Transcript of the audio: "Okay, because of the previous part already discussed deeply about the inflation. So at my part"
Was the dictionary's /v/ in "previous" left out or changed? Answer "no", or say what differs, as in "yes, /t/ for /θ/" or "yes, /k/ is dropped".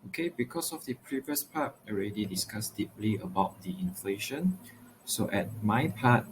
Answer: no